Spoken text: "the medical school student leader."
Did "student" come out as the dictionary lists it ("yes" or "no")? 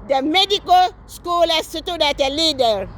no